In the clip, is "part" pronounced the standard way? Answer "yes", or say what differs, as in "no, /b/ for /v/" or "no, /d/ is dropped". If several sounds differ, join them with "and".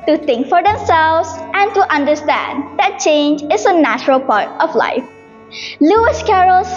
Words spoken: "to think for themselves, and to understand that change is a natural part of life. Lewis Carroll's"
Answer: yes